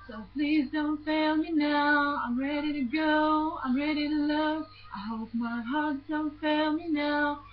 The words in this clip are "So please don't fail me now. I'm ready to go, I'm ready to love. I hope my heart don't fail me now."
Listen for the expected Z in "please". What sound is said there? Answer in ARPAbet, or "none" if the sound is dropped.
Z